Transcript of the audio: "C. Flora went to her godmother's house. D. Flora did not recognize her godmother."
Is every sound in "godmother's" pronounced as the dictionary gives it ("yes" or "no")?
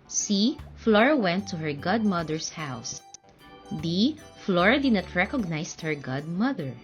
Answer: no